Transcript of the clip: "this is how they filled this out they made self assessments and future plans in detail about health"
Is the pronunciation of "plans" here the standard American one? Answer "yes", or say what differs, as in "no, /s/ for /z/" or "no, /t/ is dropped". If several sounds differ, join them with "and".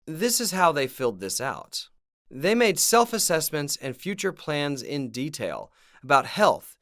yes